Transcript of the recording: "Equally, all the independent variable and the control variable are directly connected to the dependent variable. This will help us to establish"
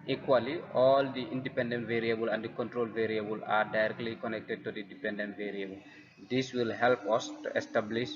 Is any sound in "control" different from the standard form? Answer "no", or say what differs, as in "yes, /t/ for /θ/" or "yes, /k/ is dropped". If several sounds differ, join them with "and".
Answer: no